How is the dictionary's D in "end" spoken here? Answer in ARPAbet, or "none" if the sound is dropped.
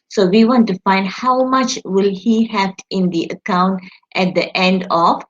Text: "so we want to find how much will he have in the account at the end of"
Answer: D